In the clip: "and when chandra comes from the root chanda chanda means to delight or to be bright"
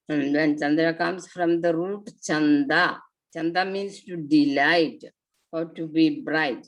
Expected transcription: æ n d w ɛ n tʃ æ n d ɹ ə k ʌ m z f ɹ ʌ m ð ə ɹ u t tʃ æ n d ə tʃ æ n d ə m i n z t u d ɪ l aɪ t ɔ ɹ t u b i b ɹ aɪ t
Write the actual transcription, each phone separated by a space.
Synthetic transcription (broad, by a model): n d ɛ n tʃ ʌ n d ɹ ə k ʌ m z f ɹ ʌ m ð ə ɹ u t tʃ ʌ n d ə tʃ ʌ n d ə m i n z t u d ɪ l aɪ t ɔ w t u b i b ɹ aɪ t